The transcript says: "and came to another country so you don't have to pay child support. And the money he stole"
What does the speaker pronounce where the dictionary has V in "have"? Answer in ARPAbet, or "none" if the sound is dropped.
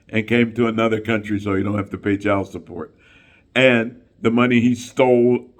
F